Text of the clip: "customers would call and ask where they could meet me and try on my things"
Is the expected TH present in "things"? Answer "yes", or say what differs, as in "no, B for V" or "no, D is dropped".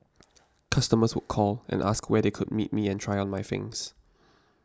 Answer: no, F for TH